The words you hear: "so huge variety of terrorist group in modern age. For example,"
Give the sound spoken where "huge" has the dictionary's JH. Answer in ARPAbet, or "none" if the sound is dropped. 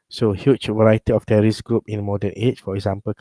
CH